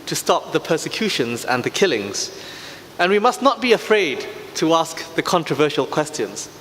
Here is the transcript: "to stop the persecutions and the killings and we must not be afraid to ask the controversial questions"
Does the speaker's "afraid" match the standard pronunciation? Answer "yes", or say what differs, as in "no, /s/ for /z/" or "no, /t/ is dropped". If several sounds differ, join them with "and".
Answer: yes